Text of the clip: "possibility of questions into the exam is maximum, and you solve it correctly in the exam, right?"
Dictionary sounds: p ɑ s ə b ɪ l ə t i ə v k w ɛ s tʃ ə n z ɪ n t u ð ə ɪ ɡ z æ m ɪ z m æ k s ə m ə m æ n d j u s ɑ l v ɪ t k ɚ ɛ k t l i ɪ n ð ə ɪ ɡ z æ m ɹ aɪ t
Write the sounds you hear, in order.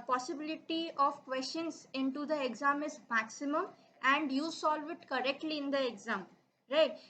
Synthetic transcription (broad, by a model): p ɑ s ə b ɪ l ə t i ə v k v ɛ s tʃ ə n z ɪ n t u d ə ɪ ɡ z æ m ɪ z m æ k s ə m ə m æ n d j u s ɑ l v ɪ t k ɚ ɛ k t l i ɪ n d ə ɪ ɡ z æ m ɹ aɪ t